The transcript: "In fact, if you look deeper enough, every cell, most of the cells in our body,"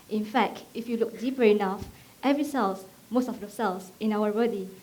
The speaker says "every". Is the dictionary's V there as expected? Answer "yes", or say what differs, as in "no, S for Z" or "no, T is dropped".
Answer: yes